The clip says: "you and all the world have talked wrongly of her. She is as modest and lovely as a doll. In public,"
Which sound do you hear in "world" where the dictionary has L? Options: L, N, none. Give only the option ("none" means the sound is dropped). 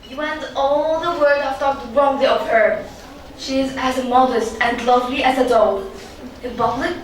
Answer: none